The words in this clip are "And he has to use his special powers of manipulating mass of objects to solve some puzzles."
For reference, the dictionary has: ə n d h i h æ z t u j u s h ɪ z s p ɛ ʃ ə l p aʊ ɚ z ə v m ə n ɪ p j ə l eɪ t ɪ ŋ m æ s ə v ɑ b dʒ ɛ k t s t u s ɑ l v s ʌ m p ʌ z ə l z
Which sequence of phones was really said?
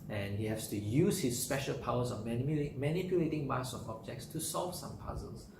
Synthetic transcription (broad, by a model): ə n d h i h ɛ s t u j u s h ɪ s p ɛ ʃ ə l p aʊ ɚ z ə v m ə n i p j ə l eɪ t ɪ ŋ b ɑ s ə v ɑ b dʒ ɛ k t s t u s ɑ l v s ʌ m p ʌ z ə l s